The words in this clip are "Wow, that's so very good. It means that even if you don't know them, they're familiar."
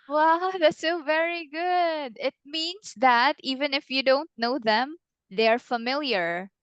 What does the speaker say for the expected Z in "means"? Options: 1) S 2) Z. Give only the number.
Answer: 1